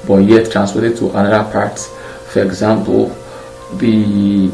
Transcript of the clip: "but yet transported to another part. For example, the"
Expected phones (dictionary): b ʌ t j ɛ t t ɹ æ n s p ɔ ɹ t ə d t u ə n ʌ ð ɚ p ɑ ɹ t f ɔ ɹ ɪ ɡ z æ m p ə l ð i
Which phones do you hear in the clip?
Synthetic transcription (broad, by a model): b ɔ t j ɛ t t ɹ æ n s f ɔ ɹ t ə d t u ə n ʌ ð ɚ p ɑ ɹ t f ɔ ɹ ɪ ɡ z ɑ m p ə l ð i